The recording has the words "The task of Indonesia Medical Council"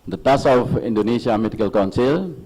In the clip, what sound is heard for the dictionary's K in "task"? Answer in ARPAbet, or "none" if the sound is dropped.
none